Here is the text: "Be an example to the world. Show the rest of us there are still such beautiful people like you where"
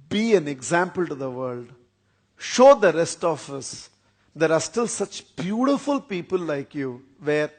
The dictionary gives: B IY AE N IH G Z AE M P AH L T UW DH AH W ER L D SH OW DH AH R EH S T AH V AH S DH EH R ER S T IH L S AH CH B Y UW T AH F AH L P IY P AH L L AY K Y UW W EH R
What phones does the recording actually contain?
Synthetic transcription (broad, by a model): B IY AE N IH G Z AE M P AH L T UW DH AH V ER L D SH OW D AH R EH S T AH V AH S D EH R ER S T IH L S AH CH B Y UW T AH F AH L P IY P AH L L AY K Y UW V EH R